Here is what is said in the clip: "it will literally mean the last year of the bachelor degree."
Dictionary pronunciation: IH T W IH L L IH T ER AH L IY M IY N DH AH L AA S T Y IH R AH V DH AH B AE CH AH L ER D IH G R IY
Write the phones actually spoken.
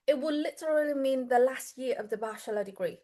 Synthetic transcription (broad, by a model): IH T W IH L L IH T ER AH L IY M IY N DH AH L AA S T Y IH R AH V DH AH B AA SH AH L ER D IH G R IY